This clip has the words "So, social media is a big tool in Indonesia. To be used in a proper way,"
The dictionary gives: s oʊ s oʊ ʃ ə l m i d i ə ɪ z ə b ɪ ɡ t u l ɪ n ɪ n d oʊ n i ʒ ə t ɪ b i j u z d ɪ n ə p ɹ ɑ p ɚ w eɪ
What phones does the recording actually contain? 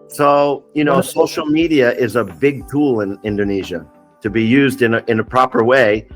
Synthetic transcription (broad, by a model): s oʊ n oʊ s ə l m i d i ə ɪ z ə b ɪ ɡ t u l ɪ n ɪ n d oʊ n i ʒ ə t ɪ b i j u z d ɪ n ə p ɹ ɑ p ɚ w eɪ